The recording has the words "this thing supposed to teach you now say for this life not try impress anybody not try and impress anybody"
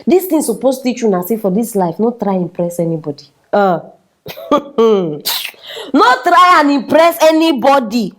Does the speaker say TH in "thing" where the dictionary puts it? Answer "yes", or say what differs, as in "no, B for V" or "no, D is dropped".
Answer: no, T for TH